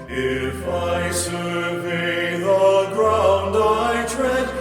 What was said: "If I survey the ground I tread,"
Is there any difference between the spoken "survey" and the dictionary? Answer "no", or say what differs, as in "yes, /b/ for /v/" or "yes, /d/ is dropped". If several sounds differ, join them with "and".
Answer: yes, /ʃ/ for /s/ and /b/ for /v/